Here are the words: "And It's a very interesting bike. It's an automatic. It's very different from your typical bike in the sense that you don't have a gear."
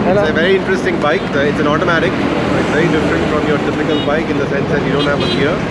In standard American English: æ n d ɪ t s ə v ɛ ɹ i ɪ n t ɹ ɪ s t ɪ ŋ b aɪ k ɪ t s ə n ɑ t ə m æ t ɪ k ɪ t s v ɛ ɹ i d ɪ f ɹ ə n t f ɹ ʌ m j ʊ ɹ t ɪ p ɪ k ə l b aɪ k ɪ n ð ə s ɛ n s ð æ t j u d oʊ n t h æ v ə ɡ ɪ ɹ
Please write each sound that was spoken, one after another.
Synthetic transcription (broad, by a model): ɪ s ə v ɛ ɹ i ɪ n t ɹ ɪ s t ɪ ŋ b aɪ k ɪ t s ə n ɑ t ə m æ t ɪ k ɪ t s v ɛ ɹ i d ɪ f ɹ ə n t f ɹ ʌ m j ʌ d ɪ f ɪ k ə l b aɪ k ɪ n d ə s ɛ n s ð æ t j u d oʊ n t h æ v ə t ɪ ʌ